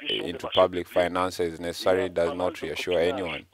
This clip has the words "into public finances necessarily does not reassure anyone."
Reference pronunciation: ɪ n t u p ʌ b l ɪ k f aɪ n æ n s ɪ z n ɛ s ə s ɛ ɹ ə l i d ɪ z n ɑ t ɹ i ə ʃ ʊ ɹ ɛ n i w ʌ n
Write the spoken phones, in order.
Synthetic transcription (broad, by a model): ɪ n t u p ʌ b l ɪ k f aɪ n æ n s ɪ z n ɛ s ə s ɛ ɹ ə l i d ɪ z n ɑ t ɹ i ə ʃ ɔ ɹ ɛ n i w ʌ n